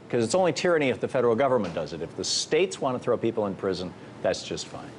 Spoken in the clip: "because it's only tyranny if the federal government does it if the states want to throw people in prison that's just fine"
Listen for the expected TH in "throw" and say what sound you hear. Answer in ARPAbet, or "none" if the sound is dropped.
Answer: TH